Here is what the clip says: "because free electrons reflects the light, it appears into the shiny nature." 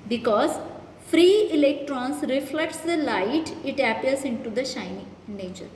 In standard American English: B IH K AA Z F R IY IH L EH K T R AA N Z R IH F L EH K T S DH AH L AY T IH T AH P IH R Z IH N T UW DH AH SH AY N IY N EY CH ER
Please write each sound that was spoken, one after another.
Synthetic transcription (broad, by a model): B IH K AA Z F R IY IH L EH K T R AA N S R IH F L EH K T S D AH L AY T IH T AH P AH R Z IH N T UW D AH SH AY IY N EY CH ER